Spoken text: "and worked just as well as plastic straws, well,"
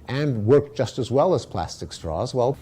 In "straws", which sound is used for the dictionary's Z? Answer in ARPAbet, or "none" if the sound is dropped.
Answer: Z